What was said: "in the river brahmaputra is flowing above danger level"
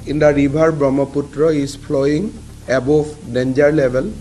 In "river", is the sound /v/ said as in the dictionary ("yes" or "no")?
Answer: no